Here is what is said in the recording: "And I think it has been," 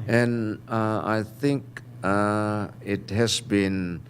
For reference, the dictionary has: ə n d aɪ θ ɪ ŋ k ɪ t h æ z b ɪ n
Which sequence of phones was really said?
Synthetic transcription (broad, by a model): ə n aɪ θ ɪ ŋ k ɪ t h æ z b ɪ n